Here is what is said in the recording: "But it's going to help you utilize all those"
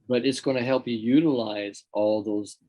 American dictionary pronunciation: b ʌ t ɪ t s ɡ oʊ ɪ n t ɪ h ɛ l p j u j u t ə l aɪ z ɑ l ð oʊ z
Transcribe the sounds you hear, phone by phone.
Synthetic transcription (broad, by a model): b ʌ t ɪ t s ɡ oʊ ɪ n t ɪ h ɛ l p j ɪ j u t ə l aɪ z ɑ l ð oʊ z